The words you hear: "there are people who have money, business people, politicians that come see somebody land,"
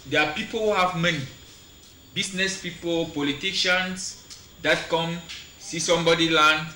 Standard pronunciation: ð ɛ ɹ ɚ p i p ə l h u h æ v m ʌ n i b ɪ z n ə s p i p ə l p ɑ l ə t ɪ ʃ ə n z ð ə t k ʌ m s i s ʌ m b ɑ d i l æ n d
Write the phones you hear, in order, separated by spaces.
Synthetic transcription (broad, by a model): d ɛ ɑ p i p ə l h u h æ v m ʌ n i b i s n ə s p i p ə l p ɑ l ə t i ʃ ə n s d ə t k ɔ m s i s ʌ m b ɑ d i l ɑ n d